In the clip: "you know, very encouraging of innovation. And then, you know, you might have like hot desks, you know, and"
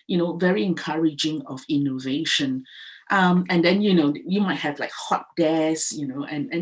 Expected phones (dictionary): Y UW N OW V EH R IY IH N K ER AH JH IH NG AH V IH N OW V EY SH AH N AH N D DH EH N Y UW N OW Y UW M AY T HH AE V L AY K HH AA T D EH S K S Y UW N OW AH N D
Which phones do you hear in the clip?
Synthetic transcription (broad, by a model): Y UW N OW V EH R IY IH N K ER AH JH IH NG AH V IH N OW V EY SH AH N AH N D EH N Y UW N OW Y UW M AY T HH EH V L AY K HH AA T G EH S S Y UW N OW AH N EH